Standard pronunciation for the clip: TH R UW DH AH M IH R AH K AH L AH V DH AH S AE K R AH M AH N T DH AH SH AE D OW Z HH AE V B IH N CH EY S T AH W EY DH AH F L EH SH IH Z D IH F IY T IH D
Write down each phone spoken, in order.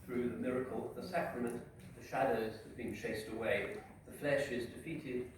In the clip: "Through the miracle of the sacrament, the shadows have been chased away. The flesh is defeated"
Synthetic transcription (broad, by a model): TH R UW DH AH M IH R AH K AH L DH AH S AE K R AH M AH N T DH AH SH AE D OW Z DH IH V B IH N CH EY S T AH W EY DH AH F L EH SH IH Z D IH F IY T IH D